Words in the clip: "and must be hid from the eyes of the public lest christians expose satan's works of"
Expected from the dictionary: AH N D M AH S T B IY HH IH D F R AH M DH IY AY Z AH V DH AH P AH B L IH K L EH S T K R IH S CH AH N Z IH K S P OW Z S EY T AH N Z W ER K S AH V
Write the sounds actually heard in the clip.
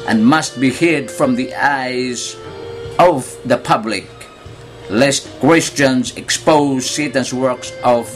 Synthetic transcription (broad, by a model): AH N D M AH S T B IY HH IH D F R AH M DH IY AY Z AH V DH AH P AH B L IH K L EH S T K W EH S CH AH N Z IH K S P OW Z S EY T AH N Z W ER K S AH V